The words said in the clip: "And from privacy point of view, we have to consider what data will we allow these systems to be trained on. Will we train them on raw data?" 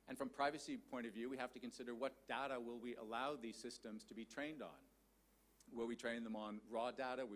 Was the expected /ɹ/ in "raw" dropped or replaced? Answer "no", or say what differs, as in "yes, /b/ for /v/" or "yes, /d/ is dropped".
no